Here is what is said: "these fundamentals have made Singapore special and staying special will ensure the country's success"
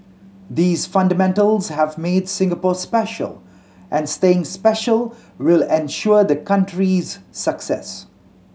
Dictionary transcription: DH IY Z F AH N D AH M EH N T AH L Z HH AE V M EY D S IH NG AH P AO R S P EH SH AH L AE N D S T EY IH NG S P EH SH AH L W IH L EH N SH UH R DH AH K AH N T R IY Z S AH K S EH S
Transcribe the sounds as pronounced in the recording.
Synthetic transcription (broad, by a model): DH IY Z F AH N D AH M EH N T AH L Z HH AE V M EY D S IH NG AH P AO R S P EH SH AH L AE N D S T EY IH NG S P EH SH AH L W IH L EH N SH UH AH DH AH K AH N T R IY Z S AH K S EH S